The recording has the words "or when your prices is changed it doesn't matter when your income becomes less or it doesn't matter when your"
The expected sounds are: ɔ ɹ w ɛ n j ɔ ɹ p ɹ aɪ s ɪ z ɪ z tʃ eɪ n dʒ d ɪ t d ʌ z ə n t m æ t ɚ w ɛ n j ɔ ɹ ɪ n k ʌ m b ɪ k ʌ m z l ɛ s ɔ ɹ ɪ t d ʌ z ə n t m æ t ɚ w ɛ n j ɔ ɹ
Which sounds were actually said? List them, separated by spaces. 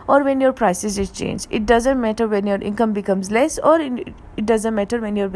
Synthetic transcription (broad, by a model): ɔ ɹ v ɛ n j ɔ ɹ p ɹ aɪ s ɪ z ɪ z tʃ eɪ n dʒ ɪ t d ʌ z ə n t m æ t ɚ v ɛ n j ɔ ɹ ɪ n k ʌ m b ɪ k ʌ m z l ɛ s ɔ ɹ ɪ t d ʌ z ə n t m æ t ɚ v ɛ n j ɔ ɹ